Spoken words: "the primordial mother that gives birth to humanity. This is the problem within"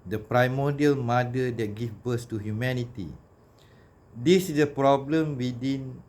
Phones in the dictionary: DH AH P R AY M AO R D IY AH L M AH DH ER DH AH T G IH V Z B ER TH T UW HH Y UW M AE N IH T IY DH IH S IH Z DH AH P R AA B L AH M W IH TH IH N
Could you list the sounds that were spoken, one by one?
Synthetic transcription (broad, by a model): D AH P R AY M AO D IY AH L M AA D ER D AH T G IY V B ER S T UW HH Y UW M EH N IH T IY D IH S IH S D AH P R AA B L AH M W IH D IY N